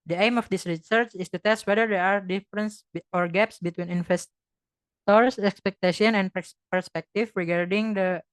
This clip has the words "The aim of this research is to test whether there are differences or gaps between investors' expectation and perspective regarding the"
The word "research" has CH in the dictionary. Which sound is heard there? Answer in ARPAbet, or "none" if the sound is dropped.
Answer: CH